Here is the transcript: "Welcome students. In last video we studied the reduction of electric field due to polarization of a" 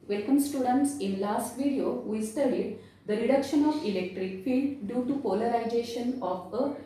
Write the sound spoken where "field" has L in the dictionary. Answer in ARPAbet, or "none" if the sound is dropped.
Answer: L